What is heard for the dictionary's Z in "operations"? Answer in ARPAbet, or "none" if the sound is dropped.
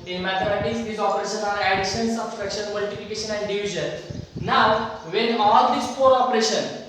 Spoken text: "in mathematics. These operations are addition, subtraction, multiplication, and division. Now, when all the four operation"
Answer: none